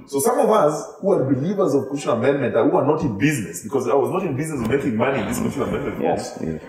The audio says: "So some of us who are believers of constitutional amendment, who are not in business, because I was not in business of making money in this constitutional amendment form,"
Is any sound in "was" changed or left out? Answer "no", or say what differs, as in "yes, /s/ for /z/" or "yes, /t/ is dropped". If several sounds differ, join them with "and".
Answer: no